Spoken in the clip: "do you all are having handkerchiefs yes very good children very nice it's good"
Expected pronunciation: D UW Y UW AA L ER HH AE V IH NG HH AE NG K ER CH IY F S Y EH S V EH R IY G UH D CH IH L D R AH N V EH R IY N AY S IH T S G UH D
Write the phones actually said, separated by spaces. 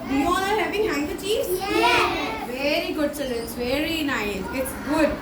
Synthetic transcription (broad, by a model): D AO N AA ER HH AE V IH NG HH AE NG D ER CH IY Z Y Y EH V EH R IY G UH D S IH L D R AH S V EH R IY N AY S IH T S G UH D